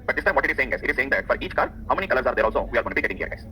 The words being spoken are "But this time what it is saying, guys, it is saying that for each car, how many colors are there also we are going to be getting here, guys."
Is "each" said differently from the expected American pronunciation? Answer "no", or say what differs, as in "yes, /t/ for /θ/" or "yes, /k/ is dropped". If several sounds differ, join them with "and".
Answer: no